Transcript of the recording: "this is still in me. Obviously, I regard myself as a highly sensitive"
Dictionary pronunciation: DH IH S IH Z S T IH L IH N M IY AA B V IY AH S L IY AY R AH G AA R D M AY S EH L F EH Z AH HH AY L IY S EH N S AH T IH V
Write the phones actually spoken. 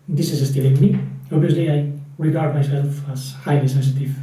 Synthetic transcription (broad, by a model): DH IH S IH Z S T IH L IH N M IY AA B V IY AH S L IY AY R AH G AA R D M AY S EH L F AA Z HH AY L IY S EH N S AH T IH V